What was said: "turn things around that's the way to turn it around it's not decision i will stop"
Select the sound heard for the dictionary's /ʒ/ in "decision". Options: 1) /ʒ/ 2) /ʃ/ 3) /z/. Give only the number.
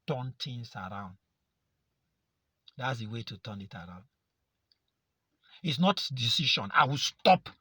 2